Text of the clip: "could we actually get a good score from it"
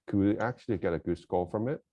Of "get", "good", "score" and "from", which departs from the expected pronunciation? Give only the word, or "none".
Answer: score